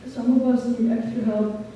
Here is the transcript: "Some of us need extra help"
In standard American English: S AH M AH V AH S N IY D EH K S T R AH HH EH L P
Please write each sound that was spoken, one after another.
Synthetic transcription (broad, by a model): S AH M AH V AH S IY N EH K T AH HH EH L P